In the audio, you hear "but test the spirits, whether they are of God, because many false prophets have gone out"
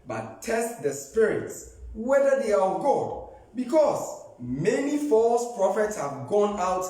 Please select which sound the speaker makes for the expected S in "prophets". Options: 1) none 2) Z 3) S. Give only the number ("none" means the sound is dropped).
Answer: 3